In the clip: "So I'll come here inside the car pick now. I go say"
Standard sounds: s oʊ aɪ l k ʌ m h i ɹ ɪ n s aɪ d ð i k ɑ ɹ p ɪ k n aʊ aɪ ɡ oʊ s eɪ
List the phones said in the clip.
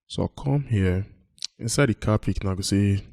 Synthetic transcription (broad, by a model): s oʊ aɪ k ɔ m h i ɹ ɪ n s aɪ d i k ɑ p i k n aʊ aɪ ɡ oʊ s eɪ